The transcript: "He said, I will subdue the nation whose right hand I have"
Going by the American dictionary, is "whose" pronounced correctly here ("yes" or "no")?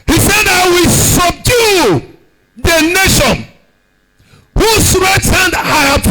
no